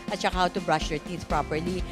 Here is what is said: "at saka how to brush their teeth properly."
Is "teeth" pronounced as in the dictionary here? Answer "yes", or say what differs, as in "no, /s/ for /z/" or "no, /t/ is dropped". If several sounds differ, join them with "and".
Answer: no, /s/ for /θ/